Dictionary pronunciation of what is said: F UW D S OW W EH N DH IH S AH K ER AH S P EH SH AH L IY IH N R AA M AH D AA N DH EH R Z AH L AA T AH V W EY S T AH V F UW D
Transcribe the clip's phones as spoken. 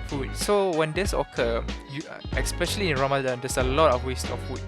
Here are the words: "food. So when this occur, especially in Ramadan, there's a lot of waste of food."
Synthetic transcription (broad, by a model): F UW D S OW W EH N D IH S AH K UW AH S P EH SH AH L IY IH N R AA M AH D AA N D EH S AH L AA T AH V W EY S T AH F UW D